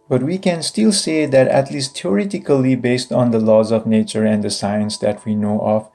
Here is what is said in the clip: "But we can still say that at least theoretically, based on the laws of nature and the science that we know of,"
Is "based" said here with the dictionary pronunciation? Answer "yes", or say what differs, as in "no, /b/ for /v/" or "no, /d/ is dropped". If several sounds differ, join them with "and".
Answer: yes